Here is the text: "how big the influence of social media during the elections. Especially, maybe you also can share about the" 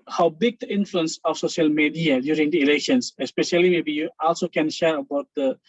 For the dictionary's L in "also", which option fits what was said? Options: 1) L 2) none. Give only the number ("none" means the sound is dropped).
1